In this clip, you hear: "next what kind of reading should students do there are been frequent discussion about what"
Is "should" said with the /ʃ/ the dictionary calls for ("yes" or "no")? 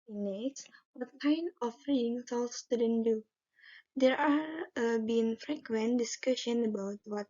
no